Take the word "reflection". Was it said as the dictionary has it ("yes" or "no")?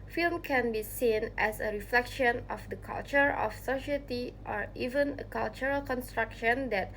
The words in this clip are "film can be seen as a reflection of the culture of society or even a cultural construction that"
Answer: yes